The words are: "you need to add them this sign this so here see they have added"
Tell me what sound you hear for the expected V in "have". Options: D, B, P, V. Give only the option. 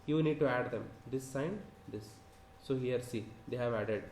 V